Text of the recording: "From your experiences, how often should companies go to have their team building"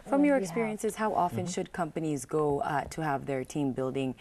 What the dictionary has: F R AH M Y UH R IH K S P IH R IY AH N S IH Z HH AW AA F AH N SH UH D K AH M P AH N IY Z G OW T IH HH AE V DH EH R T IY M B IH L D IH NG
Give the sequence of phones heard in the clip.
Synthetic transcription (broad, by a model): F R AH M Y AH R IH K S P IH R IY AH N S IH Z HH AW AA F AH N SH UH D K AH M P AH N IY Z G OW T IH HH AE V DH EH R T IY M B IH L D IH NG